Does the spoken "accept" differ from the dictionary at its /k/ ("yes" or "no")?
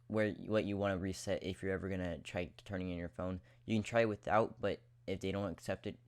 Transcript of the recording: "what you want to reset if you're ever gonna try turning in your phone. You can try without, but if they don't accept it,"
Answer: no